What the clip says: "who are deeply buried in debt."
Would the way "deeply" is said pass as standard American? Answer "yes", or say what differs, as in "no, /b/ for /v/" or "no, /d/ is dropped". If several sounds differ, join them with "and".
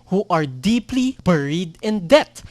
yes